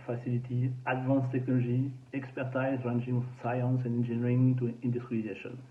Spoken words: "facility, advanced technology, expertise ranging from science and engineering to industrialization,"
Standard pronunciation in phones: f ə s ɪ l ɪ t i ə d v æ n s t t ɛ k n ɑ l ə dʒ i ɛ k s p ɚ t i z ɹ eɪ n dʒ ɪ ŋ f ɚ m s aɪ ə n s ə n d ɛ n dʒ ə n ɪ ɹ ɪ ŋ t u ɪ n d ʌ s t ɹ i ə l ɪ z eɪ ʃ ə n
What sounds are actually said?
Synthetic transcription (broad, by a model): f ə s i l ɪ t i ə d v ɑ n s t t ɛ k n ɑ l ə ʒ i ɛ k s p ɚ t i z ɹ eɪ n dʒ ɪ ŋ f s aɪ ə n s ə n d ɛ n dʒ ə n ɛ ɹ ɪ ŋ t u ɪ n d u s t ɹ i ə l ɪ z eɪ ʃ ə n